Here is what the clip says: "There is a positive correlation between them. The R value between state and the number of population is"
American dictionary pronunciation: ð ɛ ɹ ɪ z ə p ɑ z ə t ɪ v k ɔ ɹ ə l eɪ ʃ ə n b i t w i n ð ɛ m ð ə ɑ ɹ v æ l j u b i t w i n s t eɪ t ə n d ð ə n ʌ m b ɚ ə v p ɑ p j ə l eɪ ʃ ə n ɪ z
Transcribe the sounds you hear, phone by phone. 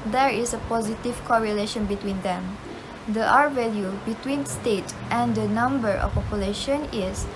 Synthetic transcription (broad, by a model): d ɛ ɹ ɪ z ə p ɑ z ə t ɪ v k ɔ ɹ ə l eɪ ʃ ə n b i t w i n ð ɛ m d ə ɑ ɹ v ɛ l j u b i t w i n s t eɪ t ə n d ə n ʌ m b ɚ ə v p ɑ p j ə l eɪ ʃ ə n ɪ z